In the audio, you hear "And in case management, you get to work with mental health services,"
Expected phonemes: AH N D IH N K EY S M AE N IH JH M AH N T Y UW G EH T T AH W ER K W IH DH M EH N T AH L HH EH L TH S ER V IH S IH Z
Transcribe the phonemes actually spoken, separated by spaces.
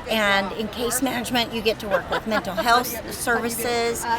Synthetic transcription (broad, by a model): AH N IH N K EY S M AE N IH JH M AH N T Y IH G EH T T AH W ER K W IH DH M EH N T L HH EH L TH S ER V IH S IH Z